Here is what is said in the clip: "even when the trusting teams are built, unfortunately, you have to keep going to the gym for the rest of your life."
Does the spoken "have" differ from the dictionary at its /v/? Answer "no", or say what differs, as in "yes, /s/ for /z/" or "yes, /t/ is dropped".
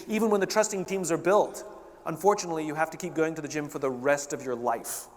yes, /f/ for /v/